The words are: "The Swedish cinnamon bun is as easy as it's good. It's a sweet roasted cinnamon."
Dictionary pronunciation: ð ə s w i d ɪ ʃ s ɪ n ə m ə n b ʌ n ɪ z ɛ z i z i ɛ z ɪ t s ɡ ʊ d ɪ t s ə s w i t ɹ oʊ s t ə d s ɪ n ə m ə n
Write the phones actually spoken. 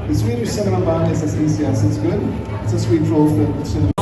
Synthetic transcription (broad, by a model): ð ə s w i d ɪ s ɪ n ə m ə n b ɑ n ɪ s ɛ s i s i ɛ s ɪ t s ɡ ʊ d ɪ t s ə s w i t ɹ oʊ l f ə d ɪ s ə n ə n